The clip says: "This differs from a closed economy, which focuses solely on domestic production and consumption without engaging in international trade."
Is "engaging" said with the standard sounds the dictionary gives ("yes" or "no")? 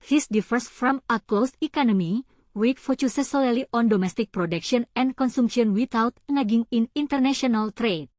no